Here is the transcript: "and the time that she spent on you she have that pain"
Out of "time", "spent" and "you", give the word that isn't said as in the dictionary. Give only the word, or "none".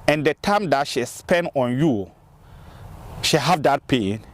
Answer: spent